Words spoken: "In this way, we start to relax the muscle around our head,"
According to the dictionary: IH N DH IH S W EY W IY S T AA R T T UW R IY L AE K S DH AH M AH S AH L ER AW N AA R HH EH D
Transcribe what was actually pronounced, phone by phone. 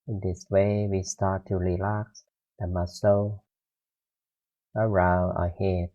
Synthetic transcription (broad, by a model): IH N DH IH S W EY W IY S T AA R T T UW R IY L AE K S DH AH M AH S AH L ER AW N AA HH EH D